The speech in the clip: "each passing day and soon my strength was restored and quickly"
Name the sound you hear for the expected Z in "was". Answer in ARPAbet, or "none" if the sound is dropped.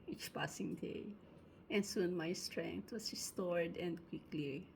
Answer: S